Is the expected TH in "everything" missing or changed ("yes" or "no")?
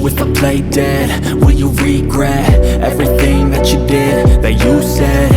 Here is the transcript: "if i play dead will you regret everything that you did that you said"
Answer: no